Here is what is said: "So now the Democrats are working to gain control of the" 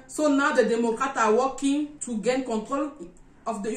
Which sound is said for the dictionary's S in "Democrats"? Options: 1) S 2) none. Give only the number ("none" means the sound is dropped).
2